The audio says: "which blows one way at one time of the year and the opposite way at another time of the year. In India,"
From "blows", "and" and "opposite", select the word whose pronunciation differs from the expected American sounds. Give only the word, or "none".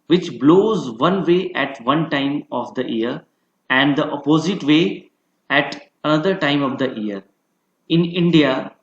none